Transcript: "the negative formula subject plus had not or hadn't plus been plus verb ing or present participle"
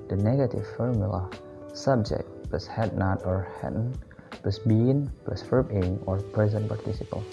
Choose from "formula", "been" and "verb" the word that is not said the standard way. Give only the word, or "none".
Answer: verb